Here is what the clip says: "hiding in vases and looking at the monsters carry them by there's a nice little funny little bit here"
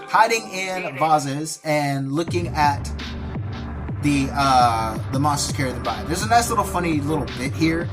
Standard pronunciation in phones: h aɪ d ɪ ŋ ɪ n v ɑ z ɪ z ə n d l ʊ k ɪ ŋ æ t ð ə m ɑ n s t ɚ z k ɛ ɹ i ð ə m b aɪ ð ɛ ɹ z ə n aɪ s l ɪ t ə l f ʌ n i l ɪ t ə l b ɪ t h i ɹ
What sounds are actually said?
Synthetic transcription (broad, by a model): h aɪ d ɪ ŋ ɪ n v ɑ z ɪ z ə n l ʊ k ɪ ŋ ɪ t ð ə m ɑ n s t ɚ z k ɛ ɹ i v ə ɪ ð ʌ ɹ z ə n aɪ s l ɪ t l f ʌ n i l ɪ t l b ɪ t h i ɹ